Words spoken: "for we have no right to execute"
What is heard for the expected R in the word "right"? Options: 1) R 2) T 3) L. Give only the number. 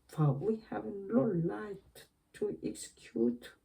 3